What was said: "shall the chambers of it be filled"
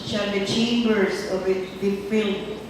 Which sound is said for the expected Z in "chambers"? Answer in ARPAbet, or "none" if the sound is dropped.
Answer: S